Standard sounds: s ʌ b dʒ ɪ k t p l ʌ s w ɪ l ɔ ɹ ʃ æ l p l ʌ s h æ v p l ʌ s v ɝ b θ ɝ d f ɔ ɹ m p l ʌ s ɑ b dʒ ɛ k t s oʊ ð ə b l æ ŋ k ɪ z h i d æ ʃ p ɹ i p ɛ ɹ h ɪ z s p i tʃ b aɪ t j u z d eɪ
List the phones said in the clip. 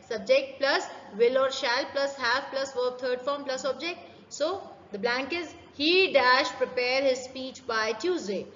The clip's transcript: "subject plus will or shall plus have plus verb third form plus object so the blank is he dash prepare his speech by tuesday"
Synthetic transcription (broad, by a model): s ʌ b dʒ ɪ k t p l ʌ s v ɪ l ɔ ɹ ʃ æ l p l ʌ s h æ v p l ʌ s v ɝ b t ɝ d f ɔ ɹ m p l ʌ s ɑ b dʒ ɛ k t s oʊ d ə b l æ ŋ k ɪ z h i d æ ʃ p ɹ i p ɛ ɹ h ɪ z s p i tʃ b aɪ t j u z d eɪ